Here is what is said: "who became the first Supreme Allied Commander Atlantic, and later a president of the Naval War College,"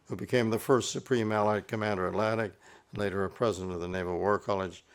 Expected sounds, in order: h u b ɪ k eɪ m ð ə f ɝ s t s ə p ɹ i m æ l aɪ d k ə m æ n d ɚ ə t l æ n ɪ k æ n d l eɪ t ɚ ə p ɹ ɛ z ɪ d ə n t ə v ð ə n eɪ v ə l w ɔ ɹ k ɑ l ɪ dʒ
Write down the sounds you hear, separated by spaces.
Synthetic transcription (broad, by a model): h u b ɪ k eɪ m ð ə f ɝ s t s ə p ɹ i m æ l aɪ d k ə m æ n d ɚ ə t l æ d ɪ k n l eɪ t ɚ ə p ɹ ɛ z ɪ d ə n t ə v ð ə n eɪ v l w ɔ ɹ k ɑ l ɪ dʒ